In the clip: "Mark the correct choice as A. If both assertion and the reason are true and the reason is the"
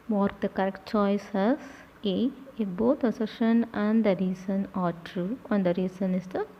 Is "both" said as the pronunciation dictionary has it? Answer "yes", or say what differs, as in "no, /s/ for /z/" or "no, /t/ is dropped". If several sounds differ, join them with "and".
no, /t/ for /θ/